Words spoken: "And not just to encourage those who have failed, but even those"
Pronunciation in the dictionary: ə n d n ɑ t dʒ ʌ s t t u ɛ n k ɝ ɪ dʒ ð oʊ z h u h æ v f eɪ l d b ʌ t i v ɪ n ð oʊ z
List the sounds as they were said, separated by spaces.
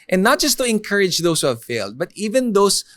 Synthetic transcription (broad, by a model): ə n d n ɑ t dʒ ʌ s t t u ɛ n k ɝ ɪ dʒ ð oʊ s h u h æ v f eɪ l d b ʌ t i v ɪ n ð oʊ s